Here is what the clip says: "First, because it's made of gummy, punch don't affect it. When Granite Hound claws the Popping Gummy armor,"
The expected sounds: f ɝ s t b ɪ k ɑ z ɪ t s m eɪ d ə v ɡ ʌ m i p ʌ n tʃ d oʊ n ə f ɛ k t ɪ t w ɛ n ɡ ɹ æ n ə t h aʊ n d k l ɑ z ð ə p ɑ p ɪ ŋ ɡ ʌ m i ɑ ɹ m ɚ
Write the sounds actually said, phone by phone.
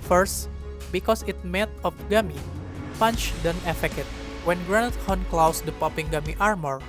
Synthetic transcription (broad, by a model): f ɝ s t b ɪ k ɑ s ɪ t m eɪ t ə f ɡ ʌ m i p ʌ n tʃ d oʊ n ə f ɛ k ɪ t w ɛ n ɡ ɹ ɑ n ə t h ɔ n k l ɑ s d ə p ɑ p ɪ ŋ ɡ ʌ m i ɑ ɹ m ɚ